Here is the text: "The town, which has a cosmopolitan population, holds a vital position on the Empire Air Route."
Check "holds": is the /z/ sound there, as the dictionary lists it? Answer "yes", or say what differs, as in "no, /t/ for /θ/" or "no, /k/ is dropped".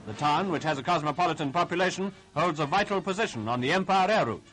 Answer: yes